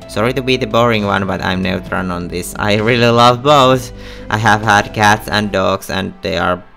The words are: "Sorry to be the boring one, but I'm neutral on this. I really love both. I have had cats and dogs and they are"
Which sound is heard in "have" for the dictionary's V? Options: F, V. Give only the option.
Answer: V